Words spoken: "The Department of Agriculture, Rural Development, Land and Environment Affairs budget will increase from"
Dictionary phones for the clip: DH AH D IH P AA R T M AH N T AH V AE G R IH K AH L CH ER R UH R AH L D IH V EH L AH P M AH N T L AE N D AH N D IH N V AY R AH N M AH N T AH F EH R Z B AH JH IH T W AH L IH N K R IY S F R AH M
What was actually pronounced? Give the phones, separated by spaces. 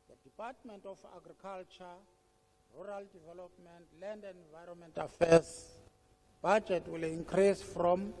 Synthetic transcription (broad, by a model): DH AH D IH P AA T M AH N T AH F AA G R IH K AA L CH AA R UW R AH L D IH V EH L AH P M AH N T L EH N D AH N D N V AY R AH N M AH N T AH F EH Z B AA JH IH T W AH L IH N K R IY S F R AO M